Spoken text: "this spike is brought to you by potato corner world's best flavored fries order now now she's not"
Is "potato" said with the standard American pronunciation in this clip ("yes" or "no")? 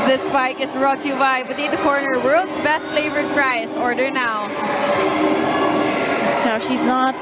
no